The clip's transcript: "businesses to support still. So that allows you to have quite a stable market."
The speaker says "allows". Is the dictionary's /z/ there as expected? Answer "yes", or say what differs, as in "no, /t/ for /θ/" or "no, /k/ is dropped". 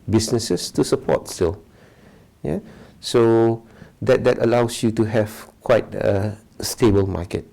no, /s/ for /z/